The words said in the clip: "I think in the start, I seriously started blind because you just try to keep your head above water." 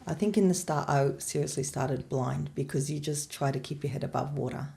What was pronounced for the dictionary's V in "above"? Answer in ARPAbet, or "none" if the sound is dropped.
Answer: V